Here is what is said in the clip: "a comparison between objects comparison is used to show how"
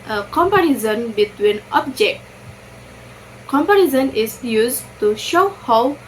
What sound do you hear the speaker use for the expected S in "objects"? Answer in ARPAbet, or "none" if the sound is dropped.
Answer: none